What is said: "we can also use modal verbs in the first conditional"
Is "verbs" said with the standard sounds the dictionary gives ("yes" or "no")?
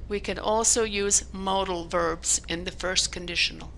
yes